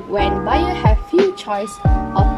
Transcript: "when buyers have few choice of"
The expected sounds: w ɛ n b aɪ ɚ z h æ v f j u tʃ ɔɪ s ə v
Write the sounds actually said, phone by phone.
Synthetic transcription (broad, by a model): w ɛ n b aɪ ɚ h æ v f j u tʃ ɔɪ s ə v